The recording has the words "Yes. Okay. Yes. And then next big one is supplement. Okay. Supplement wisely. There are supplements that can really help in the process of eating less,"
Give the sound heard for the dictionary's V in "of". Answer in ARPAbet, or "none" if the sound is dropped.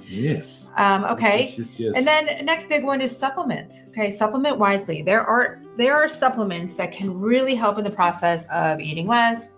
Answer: V